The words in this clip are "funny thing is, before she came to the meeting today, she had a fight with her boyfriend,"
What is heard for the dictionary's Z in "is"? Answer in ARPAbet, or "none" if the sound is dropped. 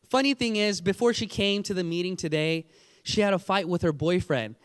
Z